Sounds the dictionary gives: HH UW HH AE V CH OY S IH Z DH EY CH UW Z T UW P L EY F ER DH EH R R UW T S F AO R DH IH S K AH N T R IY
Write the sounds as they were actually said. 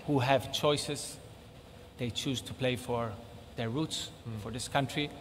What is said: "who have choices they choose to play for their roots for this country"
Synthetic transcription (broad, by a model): HH UW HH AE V CH OY S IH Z DH EY CH UW Z T UW P L EY F ER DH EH R R UW T S F AO R DH IH S K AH N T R IY